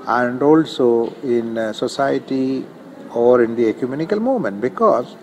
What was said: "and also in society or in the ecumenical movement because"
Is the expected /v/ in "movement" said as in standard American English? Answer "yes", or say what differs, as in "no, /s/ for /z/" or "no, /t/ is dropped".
no, /v/ is dropped